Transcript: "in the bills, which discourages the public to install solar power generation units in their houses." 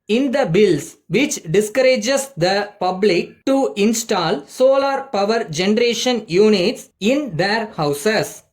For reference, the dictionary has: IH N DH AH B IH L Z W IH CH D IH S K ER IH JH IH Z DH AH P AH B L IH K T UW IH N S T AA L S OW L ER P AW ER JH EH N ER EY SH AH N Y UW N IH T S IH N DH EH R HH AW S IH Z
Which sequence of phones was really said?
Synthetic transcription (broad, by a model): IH N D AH B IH L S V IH CH D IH S K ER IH JH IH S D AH P AH B L IH K T UW IH N S T AA L S OW L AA P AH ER JH EH N ER EY SH AH N Y UW N IH T S IH N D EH R HH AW S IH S